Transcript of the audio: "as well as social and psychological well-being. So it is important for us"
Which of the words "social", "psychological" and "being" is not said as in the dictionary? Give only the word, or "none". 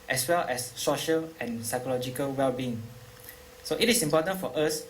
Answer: none